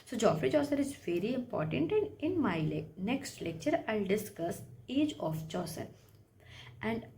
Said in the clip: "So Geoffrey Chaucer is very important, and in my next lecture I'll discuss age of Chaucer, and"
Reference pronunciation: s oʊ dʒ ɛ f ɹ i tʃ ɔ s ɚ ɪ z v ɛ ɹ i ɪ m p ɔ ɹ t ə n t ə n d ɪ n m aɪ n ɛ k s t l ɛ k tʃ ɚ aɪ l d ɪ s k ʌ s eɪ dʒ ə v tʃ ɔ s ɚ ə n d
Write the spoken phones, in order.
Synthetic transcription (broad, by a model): s oʊ dʒ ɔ f ɹ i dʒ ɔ s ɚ ɪ z v ɛ ɹ i ɪ m p ɔ ɹ t ə n t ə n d ɪ n m aɪ n ɛ k s t l ɛ k tʃ ɚ aɪ l d ɪ s k ʌ s eɪ dʒ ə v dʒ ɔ s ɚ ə n d